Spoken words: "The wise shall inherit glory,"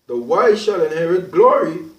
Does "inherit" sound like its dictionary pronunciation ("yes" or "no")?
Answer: yes